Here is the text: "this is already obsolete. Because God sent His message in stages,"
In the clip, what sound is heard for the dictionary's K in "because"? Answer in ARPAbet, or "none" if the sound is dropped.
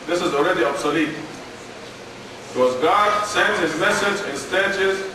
none